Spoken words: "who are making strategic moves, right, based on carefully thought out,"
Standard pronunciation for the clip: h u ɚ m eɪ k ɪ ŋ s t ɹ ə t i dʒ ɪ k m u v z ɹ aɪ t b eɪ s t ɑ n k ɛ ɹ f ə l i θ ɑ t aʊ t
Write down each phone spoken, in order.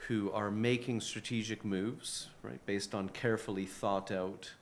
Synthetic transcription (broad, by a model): h u ɚ m eɪ k ɪ ŋ s t ɹ ə t i dʒ ɪ k m u v z ɹ aɪ t b eɪ s t n k ɛ ɹ f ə l i θ ɑ t aʊ t